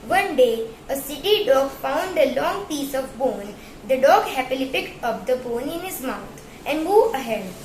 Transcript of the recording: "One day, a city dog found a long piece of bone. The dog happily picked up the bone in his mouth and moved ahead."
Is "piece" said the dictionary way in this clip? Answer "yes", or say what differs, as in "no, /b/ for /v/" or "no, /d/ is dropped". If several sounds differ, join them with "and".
yes